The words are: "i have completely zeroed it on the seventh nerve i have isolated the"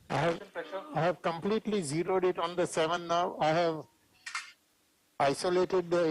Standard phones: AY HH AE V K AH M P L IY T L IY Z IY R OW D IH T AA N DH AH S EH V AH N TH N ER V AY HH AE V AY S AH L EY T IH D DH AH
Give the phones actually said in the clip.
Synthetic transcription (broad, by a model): AY HH AE V K AH M P L IY T L IY Z IY R OW D IH T AA N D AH S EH V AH N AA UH AY HH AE V AY S AH L EY T IH D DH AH